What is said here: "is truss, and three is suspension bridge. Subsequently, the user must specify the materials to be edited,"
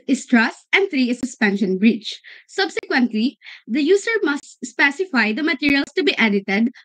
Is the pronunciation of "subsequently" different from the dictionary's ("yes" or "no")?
no